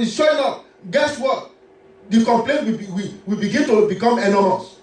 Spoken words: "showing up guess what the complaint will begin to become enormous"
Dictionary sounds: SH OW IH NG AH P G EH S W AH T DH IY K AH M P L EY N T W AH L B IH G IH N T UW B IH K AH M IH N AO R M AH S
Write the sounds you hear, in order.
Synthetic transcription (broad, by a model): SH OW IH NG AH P G EH S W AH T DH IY K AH M P L EY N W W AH W B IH G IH N T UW B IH K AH M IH N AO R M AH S